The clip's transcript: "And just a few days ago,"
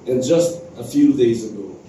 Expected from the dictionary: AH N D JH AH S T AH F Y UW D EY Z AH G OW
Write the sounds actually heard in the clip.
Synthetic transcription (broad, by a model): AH N JH AH S T AH F Y UW D EY Z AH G OW